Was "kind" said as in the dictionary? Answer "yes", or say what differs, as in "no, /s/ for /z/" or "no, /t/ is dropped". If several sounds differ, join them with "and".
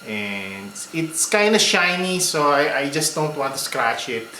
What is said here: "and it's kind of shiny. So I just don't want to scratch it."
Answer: yes